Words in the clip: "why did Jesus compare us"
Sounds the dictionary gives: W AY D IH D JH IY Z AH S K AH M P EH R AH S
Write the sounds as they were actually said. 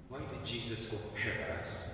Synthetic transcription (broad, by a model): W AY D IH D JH IY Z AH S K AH P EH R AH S